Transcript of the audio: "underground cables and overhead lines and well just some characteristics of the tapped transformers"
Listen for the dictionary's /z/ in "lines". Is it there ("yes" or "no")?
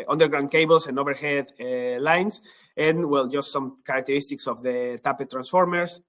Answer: no